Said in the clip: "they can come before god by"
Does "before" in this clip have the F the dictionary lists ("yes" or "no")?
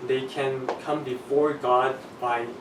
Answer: yes